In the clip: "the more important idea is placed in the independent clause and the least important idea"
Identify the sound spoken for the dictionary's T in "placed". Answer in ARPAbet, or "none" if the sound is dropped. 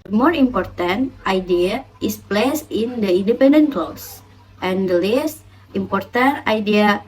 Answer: none